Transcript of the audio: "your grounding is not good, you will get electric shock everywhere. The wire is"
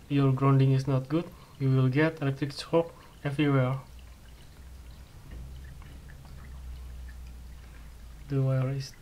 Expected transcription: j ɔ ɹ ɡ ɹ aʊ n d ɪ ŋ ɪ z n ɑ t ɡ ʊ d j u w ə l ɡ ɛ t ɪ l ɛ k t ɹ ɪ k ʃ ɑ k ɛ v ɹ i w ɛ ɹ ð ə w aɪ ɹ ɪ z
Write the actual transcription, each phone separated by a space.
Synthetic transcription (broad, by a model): j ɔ ɹ ɡ ɹ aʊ n d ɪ ŋ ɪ s n ɑ t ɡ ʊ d j u w ə l ɡ ɛ t ɪ l ɛ k t ɹ ɪ k s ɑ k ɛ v ɹ i w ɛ ɹ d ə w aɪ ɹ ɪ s